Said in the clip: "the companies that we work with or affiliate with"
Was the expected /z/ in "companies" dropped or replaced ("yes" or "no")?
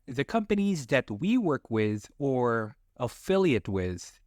no